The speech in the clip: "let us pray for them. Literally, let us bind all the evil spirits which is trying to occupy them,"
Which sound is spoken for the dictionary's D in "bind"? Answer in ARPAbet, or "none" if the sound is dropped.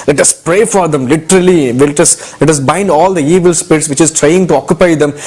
D